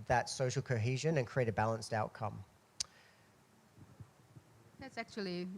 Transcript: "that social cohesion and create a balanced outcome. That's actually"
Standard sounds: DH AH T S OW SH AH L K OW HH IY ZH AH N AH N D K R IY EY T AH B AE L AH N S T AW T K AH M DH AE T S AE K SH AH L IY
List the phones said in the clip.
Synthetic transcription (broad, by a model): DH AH T S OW SH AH L K OW HH IY ZH AH N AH N K R IY EY T AH B AE L AH N S T AW T K AH M DH AE T S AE K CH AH L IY